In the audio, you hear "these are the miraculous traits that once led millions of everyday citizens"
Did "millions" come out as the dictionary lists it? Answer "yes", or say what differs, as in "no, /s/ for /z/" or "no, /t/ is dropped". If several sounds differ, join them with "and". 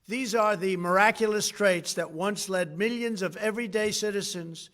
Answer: yes